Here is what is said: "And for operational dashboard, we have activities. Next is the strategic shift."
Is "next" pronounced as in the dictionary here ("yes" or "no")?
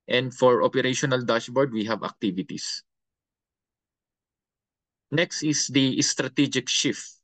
yes